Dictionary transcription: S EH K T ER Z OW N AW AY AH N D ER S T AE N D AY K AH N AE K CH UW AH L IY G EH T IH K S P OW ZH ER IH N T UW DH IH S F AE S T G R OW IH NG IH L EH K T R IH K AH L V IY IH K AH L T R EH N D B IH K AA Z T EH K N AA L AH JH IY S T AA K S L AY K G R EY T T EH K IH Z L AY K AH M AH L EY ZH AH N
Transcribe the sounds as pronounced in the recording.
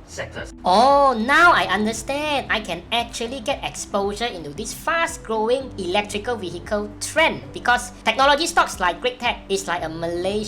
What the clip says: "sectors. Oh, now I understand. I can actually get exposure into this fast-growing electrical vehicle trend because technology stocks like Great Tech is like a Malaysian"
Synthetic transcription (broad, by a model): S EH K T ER OW N AW AY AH N D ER S T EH N D AY K AH N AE K CH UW AH L IY G EH T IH K S P OW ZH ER IH N T UW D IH S F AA S T G R OW IH NG IH L EH K T R IH K AH L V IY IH K AH L T R EH N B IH K AA S T EH K N AA L AH JH IY S T AA K S L AY K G R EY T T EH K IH S L AY K AH M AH L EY